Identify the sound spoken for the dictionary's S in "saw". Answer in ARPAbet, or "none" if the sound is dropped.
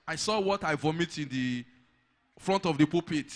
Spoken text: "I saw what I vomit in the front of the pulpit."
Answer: S